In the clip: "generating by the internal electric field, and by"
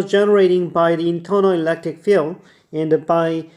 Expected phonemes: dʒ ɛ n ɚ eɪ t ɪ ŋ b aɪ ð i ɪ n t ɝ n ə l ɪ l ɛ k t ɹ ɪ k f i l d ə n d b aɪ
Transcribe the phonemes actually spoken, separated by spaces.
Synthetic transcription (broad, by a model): dʒ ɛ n ɚ eɪ t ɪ ŋ b aɪ ð i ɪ n t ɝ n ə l ɪ l ɛ k t ɹ ɪ k f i l ə n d b aɪ